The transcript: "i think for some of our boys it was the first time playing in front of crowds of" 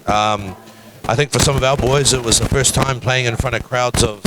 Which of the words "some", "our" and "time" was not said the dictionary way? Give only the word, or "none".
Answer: our